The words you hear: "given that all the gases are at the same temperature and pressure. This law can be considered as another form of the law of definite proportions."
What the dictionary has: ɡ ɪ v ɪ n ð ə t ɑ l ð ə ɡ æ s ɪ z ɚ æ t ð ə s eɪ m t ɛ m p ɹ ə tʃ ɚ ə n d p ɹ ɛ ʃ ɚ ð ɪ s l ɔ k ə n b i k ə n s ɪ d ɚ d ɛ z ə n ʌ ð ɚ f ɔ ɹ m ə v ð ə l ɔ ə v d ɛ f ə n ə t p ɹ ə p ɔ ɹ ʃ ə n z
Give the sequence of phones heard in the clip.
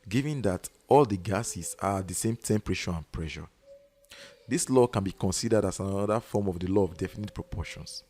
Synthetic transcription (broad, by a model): ɡ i v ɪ n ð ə t ɑ l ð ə ɡ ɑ s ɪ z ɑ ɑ t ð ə s eɪ m t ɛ m p ɹ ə ʃ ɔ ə n p ɹ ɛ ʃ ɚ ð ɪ s l ɔ k ə n b i k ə n s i d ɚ d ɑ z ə n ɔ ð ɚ f ɔ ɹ m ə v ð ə l ɔ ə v d ɛ f ə n ə t p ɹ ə p ɔ ʃ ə n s